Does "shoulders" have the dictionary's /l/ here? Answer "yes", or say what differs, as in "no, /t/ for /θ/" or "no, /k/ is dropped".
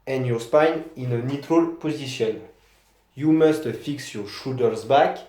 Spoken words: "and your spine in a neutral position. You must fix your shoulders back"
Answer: no, /l/ is dropped